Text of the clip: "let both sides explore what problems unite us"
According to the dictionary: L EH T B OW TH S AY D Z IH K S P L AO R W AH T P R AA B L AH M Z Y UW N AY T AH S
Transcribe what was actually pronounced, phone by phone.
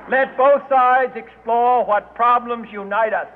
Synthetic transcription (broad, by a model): L EH T B OW TH S AY D Z IH K S P L AO R W AH T P R AA B L AH M Z Y UW N AY T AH S